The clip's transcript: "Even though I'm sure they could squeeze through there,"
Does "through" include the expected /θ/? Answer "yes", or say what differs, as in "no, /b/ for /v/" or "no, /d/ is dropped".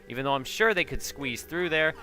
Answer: yes